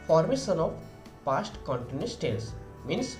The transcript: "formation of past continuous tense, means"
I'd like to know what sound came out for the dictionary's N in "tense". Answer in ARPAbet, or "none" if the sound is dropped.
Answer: L